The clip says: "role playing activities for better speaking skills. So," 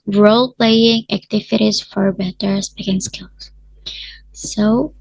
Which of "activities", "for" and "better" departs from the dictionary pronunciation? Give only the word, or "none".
none